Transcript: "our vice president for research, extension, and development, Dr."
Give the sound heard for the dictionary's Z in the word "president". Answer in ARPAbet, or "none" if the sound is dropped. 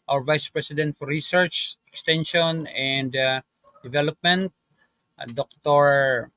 S